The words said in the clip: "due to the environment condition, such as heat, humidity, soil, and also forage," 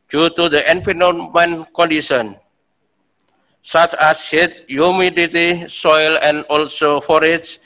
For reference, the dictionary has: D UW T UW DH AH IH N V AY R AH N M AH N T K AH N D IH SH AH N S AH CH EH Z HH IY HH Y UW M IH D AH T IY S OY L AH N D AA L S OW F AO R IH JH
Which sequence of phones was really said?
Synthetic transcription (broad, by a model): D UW T UW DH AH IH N F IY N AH M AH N K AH N D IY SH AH N S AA CH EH S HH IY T Y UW M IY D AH T IY S OY L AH N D AA L S OW F AO R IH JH